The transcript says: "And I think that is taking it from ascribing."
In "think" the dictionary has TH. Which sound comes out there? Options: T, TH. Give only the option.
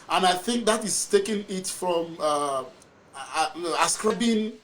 TH